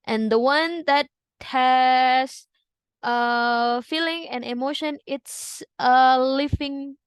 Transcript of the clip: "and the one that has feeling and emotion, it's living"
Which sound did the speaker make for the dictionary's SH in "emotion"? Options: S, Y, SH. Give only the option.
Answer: SH